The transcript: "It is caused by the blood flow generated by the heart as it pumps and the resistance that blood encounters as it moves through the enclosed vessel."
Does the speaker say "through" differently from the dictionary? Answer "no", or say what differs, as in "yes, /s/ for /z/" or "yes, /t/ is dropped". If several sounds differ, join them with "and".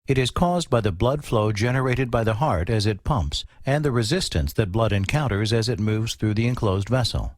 no